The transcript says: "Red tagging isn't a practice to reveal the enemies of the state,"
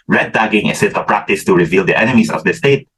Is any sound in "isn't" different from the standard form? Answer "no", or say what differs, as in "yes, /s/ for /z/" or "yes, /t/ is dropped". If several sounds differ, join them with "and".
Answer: yes, /s/ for /z/